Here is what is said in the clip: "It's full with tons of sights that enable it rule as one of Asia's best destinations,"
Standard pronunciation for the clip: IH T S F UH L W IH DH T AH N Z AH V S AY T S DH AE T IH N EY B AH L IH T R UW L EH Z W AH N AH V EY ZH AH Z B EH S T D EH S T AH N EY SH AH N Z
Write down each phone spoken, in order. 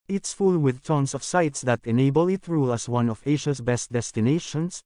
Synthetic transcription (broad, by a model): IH T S F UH L W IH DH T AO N S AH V S AY T S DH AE T IH N EY B AH L IH T R UW L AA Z W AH N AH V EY SH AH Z B EH S T D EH S T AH N EY SH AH N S